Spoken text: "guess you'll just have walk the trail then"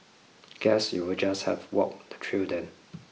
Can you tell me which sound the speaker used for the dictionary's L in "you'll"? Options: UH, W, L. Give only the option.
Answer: W